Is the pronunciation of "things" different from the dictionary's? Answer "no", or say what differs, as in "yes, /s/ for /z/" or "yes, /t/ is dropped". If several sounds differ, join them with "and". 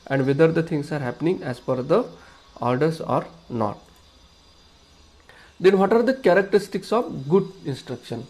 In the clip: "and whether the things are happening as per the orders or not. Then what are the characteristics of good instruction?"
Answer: yes, /t/ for /θ/ and /s/ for /z/